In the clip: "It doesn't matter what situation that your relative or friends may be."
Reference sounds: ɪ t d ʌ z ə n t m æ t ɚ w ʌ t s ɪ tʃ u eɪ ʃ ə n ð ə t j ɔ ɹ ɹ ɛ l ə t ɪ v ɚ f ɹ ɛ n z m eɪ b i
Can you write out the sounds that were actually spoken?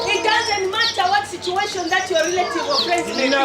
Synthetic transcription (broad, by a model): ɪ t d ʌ z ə n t m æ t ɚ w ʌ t s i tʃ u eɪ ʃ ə n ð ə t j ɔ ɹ ɹ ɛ l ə t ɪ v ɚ p ɹ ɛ z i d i